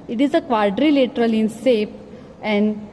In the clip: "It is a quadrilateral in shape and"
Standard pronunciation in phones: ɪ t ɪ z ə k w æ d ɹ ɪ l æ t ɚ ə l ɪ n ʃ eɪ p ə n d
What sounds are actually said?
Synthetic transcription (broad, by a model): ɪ t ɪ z ə k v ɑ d ɹ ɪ l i t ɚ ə l ɪ n s eɪ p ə n d